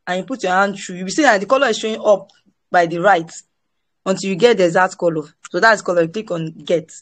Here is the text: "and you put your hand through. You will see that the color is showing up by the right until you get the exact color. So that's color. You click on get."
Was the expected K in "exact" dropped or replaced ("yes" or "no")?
yes